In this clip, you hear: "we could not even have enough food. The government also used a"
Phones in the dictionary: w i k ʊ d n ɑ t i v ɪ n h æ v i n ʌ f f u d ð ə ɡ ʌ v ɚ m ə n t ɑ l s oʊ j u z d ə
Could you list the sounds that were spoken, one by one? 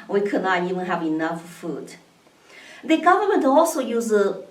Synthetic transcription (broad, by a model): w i k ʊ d n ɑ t i v ɪ n h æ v i n ʌ f f u d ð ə ɡ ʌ v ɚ m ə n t ɑ l s oʊ j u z ə